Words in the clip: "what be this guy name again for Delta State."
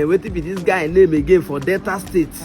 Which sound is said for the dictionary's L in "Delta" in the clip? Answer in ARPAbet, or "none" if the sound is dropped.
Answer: none